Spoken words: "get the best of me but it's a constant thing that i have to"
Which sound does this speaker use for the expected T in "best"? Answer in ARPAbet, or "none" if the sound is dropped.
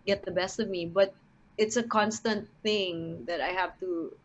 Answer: T